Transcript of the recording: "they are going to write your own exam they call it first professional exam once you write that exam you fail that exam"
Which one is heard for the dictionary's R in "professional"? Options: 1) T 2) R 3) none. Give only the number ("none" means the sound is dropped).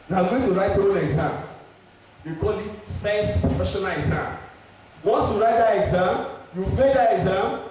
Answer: 3